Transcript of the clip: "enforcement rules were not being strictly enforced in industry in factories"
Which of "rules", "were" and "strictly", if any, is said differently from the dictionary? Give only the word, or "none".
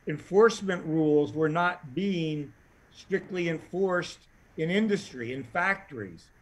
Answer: none